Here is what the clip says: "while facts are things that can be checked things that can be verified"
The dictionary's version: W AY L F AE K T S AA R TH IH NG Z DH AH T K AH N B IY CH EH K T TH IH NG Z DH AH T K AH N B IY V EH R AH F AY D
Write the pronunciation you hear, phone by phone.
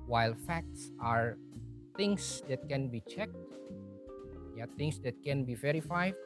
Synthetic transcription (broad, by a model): W AY L F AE K T S AA R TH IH NG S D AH T K AH N B IY CH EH K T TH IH NG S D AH T K AH N B IY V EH R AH F AY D